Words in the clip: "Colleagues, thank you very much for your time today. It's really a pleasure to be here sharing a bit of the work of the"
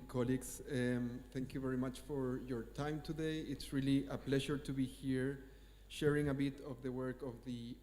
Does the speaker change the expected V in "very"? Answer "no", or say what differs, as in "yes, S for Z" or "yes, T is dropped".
no